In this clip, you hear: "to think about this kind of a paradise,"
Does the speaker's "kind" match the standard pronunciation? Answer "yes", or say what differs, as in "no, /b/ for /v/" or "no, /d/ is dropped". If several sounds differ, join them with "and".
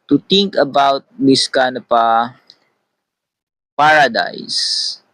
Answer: no, /d/ is dropped